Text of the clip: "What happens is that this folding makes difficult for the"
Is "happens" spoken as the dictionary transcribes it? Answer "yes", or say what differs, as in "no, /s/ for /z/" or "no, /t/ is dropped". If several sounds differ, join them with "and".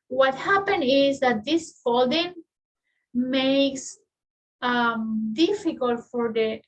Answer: no, /z/ is dropped